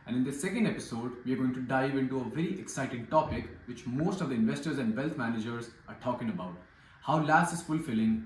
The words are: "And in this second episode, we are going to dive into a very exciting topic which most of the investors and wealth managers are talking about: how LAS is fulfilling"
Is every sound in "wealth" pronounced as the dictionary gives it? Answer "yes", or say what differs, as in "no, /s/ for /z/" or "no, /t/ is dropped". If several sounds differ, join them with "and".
no, /t/ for /θ/